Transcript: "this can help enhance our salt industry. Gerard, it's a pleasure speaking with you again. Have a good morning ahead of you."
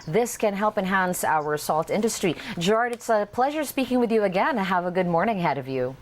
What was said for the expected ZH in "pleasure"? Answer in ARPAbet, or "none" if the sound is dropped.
ZH